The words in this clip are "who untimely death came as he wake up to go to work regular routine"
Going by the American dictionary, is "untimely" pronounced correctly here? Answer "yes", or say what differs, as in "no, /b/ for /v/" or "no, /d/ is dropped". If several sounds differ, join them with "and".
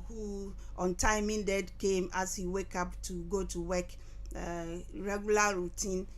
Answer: no, /l/ is dropped